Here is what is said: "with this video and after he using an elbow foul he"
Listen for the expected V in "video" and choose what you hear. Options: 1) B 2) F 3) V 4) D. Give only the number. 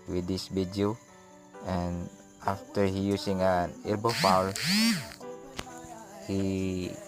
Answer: 1